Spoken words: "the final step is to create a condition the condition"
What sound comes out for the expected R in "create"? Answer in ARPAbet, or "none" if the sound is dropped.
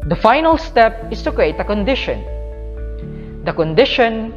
R